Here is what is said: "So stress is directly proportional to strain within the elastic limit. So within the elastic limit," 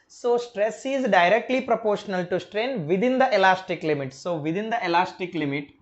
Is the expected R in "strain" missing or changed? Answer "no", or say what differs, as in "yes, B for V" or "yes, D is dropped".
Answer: no